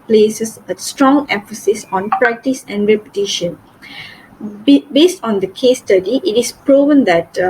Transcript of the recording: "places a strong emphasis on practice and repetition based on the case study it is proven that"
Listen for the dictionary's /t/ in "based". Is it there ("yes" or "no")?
yes